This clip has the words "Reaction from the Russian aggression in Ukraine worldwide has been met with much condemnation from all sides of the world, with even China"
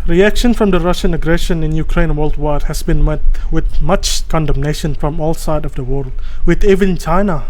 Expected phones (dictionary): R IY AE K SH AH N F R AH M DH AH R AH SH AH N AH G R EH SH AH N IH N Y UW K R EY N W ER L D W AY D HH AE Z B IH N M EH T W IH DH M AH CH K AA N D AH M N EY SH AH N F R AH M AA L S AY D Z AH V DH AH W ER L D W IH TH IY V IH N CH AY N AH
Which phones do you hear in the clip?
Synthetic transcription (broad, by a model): R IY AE K SH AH N F R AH M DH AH R AH SH AH N AH G R EH SH AH N IH N Y UW K R EY N W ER L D W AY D HH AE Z B IH N M EH T W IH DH M AH CH K AA N D AH M N EY SH AH N F R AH M AA L S AY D AH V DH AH W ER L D W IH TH IY V IH N CH AY N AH